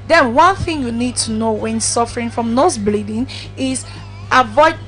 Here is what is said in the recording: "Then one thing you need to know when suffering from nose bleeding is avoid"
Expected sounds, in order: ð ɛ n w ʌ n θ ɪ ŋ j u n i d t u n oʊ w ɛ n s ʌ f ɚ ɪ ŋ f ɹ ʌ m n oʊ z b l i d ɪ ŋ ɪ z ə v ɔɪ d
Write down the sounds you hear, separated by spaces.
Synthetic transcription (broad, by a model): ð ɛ n w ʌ n θ ɪ ŋ j u n i d t u n oʊ w ɛ n s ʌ f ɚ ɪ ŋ f ɹ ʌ m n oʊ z b l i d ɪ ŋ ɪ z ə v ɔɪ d